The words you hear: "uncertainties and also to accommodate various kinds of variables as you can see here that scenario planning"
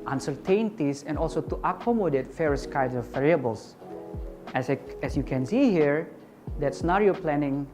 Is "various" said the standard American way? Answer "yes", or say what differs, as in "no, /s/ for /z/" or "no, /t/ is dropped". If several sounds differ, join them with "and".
no, /f/ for /v/